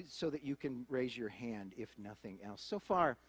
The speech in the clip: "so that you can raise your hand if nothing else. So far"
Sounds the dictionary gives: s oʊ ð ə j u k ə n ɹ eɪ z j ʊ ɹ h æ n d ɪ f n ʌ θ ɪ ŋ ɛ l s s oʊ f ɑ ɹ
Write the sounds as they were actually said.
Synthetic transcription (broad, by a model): s oʊ ð ə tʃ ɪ k ə n ɹ eɪ z j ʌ ɹ h æ n d ɪ f n ʌ θ ɪ ŋ ɛ l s s oʊ f ɑ ɹ